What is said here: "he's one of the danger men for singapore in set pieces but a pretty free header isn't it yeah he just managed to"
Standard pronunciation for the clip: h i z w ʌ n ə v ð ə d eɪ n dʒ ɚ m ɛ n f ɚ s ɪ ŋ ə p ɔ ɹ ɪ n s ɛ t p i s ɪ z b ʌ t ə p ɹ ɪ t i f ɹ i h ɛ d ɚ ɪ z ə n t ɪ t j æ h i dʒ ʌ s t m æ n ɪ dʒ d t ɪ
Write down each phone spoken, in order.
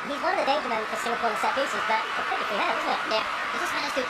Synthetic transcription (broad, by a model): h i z w ʌ n ə v ð ə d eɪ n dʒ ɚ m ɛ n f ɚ s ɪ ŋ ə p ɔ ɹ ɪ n s ɛ t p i s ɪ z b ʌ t ə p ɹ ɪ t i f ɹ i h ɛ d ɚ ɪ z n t ɪ t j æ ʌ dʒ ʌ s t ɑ ɪ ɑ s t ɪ